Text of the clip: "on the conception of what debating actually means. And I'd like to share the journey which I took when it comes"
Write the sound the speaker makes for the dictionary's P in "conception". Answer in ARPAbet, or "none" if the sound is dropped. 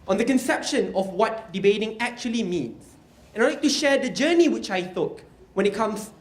P